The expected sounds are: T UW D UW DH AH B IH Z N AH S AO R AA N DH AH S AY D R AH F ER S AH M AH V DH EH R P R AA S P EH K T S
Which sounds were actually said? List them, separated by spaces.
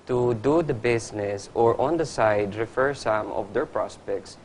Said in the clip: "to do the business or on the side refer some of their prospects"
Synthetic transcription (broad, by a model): T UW D UW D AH B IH S N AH S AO R AA N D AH S AY D R AH F ER S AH M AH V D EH R P R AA S P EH K T S